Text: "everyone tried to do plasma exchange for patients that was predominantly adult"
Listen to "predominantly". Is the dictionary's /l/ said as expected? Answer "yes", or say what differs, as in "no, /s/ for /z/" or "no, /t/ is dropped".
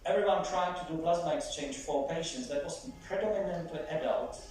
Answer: no, /l/ is dropped